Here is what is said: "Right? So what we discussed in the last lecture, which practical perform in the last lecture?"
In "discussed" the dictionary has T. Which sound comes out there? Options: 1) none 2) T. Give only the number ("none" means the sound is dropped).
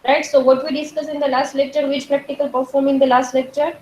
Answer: 1